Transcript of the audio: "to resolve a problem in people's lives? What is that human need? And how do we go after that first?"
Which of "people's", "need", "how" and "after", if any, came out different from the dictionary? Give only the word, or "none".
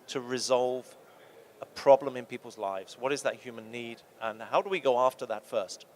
none